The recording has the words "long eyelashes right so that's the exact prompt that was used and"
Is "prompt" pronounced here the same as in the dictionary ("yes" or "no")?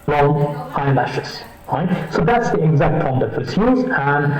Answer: no